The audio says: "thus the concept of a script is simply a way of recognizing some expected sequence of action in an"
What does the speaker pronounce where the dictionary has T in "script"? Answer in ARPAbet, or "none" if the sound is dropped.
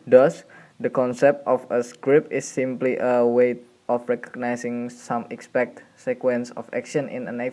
none